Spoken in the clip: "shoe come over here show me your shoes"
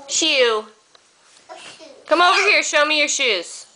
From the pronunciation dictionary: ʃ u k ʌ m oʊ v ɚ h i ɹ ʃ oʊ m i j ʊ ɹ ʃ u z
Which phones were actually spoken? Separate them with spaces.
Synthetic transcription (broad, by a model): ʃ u k ʌ m oʊ v ɚ h i ɹ ʃ oʊ m i j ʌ ɹ ʃ u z